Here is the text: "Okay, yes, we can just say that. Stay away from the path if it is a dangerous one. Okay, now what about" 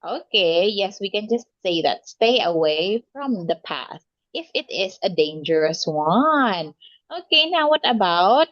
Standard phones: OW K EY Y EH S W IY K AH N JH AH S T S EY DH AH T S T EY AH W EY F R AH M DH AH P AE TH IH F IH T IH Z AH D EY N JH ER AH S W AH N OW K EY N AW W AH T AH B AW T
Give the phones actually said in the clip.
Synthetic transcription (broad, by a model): OW K EY Y EH S W IY K AH N JH AH S T S EY DH AH T S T EY AH W EY F R AH M DH AH P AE T IH F IH T IH Z AH D EY N JH ER AH S W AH N OW K EY N AW W AH T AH B AW T